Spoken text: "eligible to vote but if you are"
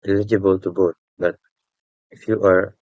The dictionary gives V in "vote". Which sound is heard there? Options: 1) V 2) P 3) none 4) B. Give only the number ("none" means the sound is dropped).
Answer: 4